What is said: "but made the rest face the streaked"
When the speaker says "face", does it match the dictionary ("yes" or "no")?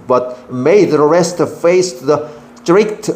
yes